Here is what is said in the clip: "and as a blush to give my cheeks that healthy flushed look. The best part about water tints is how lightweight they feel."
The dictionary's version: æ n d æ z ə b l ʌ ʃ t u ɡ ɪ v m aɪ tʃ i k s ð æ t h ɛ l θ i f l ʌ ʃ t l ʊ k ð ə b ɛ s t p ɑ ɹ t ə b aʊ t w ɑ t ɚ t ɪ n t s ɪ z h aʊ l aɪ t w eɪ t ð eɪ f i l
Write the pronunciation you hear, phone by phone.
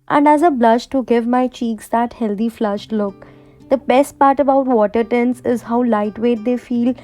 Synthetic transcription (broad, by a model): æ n d æ z ə b l ʌ ʃ t u ɡ ɪ v m aɪ tʃ i k s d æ t h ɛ l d i f l ʌ ʃ t l ʊ k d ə b ɛ s t p ɑ ɹ t ə b aʊ t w ɑ t ɚ t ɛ n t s ɪ z h aʊ l aɪ t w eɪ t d eɪ f i l